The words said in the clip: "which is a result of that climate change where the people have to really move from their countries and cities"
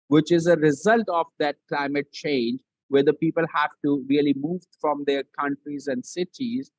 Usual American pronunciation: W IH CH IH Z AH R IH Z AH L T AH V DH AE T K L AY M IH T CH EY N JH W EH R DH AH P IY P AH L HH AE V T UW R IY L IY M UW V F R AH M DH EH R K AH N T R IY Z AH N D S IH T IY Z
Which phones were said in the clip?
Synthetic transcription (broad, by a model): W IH CH IH Z AH R IH Z AH L T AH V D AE T K L AY M IH T CH EY N JH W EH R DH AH P IY P AH L HH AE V T UW R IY L IY M UW V F R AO M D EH R K AH N T R IY Z AH N D S IH T IY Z